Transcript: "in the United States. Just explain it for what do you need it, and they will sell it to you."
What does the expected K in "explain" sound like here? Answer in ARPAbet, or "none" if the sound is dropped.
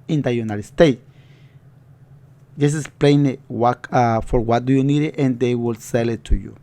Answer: none